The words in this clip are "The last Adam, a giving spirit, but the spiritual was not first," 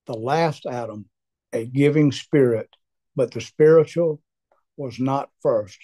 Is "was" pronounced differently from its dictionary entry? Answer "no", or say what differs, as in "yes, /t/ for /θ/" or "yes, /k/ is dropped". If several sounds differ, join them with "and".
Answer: no